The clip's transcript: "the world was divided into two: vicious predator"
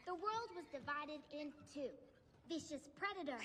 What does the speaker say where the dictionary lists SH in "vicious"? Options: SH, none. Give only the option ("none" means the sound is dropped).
SH